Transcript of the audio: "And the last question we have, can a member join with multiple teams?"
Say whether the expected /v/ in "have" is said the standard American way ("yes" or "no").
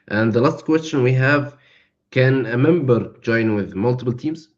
yes